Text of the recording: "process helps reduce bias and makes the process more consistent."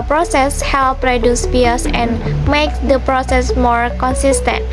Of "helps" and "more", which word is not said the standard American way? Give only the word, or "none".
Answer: helps